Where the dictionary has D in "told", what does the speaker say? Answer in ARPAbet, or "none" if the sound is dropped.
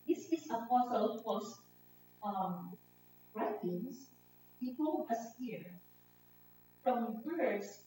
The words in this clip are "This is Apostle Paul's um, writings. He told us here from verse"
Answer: none